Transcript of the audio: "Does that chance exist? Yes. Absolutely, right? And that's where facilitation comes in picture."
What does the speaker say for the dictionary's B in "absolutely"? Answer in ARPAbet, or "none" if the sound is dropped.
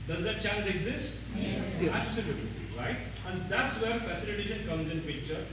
none